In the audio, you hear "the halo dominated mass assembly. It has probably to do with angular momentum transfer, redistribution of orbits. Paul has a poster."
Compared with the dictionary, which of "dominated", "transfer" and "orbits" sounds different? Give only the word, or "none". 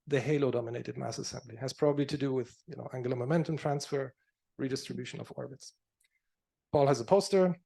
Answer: none